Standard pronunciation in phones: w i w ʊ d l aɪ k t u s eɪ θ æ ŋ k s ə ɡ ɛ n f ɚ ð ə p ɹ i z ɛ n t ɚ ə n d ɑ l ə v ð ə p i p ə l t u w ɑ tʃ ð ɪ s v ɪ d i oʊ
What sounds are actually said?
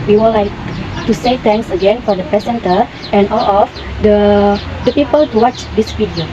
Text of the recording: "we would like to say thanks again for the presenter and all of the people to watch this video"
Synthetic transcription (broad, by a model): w i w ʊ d l aɪ k t u s eɪ t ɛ ŋ k s ə ɡ ɛ n f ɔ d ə p ɹ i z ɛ n t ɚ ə n ɑ l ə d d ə p i p ə l t u w ɑ tʃ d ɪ s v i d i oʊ